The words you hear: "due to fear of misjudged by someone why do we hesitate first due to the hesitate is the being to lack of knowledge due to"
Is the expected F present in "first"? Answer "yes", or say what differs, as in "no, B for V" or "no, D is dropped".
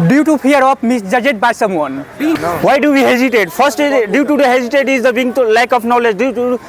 no, P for F